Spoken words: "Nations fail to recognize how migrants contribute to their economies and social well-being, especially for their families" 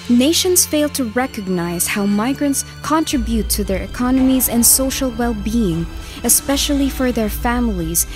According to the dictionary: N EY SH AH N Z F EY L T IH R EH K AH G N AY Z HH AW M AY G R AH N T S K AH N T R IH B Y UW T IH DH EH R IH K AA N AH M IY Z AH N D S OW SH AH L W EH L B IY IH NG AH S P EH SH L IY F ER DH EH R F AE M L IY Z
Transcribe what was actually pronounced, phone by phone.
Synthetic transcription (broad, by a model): N EY SH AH N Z F EY L T IH R EH K AH G N AY Z HH AW M AY G R AH N T S K AH N T R IH B Y UW T IH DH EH R IH K AA N AH M IY Z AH N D S OW SH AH L W EH L B IY IH NG AH S P EH SH L IY F ER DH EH R F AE M L IY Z